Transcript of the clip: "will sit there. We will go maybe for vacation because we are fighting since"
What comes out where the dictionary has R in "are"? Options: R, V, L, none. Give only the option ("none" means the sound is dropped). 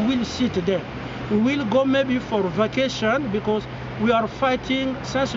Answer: R